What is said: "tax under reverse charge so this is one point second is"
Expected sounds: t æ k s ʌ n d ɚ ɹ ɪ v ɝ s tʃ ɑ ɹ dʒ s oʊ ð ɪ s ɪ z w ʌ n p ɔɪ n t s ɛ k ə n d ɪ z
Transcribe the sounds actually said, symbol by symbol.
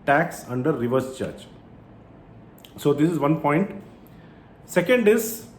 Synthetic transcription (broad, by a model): t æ k s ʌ n d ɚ ɹ ɪ v ɝ s tʃ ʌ ɹ tʃ s oʊ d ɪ s ɪ z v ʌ n p ɔɪ n t s ɛ k ə n d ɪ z